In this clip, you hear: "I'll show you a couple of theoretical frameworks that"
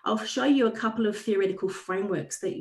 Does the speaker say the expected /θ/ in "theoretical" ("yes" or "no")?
yes